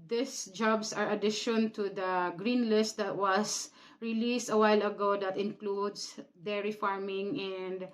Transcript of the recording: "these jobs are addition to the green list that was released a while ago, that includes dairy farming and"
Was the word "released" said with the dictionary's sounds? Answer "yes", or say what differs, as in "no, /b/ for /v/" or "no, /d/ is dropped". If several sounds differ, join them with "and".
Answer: yes